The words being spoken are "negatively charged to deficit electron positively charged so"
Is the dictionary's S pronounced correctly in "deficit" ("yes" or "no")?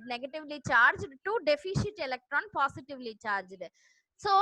no